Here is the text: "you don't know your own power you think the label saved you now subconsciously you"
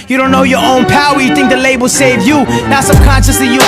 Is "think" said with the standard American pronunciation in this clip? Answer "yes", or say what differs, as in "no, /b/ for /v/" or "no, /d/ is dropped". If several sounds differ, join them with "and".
yes